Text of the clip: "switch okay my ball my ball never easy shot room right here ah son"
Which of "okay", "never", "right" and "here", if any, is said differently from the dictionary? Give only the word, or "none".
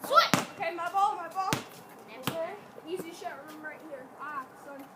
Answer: never